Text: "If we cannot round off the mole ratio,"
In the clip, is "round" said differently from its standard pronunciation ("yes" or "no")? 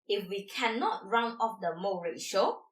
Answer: yes